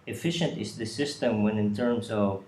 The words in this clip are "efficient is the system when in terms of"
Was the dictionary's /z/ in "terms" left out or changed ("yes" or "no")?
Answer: yes